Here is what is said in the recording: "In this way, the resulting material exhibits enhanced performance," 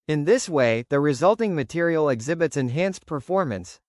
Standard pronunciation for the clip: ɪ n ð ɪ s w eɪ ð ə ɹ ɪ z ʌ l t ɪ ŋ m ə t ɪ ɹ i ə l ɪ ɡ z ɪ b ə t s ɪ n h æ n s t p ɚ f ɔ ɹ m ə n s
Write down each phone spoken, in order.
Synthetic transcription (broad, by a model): ɪ n ð ɪ s w eɪ ð ə ɹ ɪ z ʌ l t ɪ ŋ m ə t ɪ ɹ i l ɪ ɡ z ɪ b ə t s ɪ n h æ n s p ɚ f ɔ ɹ m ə n s